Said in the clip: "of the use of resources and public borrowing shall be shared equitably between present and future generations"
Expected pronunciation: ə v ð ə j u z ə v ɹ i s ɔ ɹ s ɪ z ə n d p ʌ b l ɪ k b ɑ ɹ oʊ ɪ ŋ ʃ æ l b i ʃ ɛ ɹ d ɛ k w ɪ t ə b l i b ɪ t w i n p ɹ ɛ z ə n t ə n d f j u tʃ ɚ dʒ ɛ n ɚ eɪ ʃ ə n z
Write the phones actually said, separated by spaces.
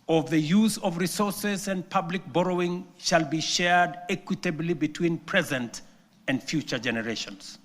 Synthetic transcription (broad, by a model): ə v ð ə j u z ə v ɹ i s ɔ ɹ s ɪ z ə n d p ʌ b l ɪ k b ɑ ɹ oʊ ɪ ŋ ʃ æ l b i ʃ ɛ ɹ d ɛ k w ɪ t ə b l i b ɪ t w i n p ɹ ɛ z ə n t ə n d f j u tʃ ɚ dʒ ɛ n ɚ eɪ ʃ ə n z